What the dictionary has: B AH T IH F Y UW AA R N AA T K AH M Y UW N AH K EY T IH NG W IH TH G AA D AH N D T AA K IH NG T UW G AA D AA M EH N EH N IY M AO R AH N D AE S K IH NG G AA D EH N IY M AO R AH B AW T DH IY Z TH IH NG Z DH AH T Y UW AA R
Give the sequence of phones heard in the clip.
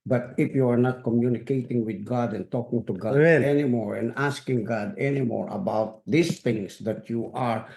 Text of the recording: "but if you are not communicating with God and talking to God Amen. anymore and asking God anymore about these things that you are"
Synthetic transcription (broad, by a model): B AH T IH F Y UW AA R N AA T K AH M Y UW N AH K EY T IH NG W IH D G AA D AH N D T AA K IH NG T UW G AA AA EH EH N IY M AO R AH N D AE S K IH NG G AA D EH N IY M AO R AH B AW T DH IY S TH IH NG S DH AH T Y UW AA R